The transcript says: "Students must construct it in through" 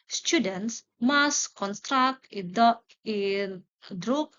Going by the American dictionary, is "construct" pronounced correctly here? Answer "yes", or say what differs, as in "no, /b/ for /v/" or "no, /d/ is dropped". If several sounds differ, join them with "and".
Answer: yes